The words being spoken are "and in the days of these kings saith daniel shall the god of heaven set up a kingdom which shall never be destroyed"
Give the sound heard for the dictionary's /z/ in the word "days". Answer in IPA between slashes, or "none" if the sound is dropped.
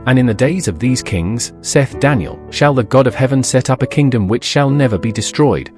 /z/